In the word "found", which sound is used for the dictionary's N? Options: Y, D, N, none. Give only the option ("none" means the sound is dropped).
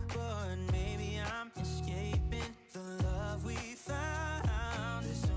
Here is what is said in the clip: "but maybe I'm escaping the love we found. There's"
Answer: none